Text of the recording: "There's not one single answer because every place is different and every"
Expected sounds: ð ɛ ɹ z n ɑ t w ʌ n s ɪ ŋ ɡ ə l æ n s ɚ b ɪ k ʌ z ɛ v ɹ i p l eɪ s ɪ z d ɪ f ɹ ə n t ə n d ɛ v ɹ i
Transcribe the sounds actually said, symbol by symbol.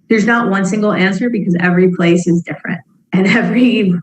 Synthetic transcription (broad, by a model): ð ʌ ɹ z n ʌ t w ʌ n s ɪ ŋ ɡ l æ n s ɚ b ɪ k ʌ z ɛ v ɹ i p l eɪ s ɪ z d ɪ f ɹ ə n t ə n ɛ v ɹ i